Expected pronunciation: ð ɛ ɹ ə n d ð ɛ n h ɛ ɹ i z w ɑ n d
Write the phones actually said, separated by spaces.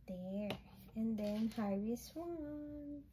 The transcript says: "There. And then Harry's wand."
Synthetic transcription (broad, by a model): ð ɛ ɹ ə n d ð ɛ n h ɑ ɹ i s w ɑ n